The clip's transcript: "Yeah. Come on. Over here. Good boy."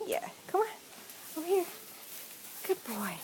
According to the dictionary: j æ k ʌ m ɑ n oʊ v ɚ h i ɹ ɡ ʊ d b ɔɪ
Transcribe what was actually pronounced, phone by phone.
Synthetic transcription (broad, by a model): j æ k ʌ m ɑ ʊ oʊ ʊ h i ɹ ɡ ʊ d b ɔɪ